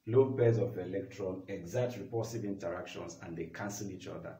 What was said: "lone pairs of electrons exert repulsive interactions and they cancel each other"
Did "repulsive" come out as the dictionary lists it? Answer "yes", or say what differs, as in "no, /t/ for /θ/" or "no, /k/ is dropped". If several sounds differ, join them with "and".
no, /l/ is dropped